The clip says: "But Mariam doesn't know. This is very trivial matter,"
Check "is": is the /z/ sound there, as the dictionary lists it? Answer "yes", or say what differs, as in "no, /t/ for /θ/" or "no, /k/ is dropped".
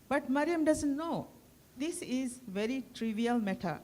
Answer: yes